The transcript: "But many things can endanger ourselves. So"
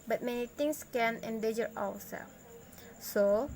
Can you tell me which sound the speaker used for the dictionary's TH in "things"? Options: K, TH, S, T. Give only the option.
T